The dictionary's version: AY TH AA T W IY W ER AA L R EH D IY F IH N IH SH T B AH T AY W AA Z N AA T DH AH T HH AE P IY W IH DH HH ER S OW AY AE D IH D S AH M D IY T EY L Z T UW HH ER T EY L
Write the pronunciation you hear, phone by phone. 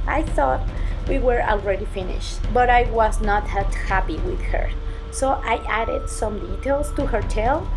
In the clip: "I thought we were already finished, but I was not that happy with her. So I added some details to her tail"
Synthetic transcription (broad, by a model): AY TH AA T W IY W ER AA L R EH D IY F IH N IH SH T B AH T AY W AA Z N AA T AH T HH AE P IY W IH DH HH ER S OW AY AE D IH D S AH M D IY T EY L S T UW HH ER T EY L